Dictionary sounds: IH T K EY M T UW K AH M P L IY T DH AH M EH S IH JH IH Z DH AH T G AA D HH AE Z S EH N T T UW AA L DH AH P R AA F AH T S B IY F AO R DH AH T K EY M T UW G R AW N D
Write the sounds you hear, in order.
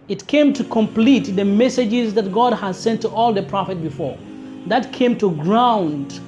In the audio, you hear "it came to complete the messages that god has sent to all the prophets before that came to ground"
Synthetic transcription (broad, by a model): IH T K EY M T UW K AH M P L IY T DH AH M EH S IH JH IH Z DH AH T G AA D HH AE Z S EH N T T UW AA L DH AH P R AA F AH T B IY F AO R DH AH T K EY M T UW G R AW N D